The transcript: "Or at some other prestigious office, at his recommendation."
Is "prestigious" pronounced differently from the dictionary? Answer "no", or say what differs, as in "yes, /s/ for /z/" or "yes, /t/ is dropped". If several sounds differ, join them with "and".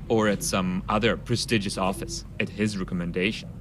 no